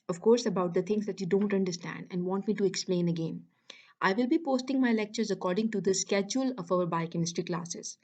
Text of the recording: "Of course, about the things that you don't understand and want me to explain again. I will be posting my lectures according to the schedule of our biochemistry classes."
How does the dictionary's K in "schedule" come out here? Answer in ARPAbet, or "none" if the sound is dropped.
K